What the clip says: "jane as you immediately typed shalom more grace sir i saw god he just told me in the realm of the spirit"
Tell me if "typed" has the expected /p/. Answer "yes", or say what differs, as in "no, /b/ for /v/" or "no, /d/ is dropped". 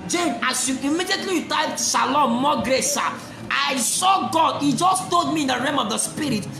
no, /p/ is dropped